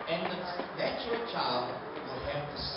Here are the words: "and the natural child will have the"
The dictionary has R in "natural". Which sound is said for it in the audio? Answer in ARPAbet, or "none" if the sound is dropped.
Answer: none